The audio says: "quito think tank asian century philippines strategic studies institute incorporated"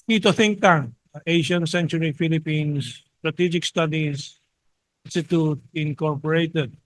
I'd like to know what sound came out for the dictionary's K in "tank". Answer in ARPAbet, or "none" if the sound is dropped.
none